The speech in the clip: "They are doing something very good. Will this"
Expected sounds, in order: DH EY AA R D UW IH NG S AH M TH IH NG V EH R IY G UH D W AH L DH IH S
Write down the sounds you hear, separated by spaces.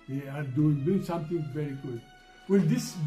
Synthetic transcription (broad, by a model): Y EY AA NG D UW IH NG S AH M T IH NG V EH R IY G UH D W AH L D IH S